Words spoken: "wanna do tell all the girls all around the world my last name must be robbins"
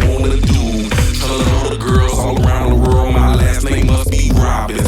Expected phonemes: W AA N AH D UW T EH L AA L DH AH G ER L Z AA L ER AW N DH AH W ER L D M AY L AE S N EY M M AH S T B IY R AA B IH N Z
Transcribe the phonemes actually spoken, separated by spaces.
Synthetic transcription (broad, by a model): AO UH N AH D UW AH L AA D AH G ER L Z AA L ER AW N DH AH W ER L D M AY L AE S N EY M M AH S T B IY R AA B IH